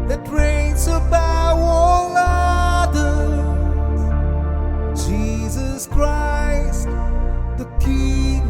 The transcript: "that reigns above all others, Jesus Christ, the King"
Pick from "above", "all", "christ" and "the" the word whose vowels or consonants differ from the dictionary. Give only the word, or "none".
above